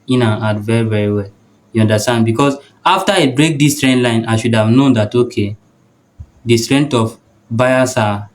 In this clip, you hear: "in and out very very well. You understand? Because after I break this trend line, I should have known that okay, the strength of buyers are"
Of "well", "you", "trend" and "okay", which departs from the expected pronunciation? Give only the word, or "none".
none